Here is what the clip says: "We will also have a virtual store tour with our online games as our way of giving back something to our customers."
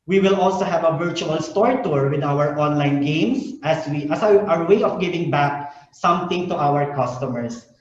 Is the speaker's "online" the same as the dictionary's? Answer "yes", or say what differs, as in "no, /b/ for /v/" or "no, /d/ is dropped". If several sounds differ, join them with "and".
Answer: yes